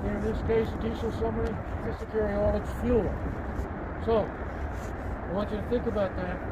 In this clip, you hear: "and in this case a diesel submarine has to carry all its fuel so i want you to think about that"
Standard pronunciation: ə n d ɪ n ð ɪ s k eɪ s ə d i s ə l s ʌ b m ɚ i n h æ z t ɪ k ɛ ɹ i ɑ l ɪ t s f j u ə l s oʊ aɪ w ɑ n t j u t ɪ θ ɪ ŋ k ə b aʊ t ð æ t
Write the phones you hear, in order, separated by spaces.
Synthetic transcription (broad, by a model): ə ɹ ɪ n ð ɪ s k eɪ s ə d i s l s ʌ m ɚ i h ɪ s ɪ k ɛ ɹ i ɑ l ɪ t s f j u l s oʊ aɪ w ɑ n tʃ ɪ t ɪ θ ɪ ŋ k ə b aʊ t ð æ t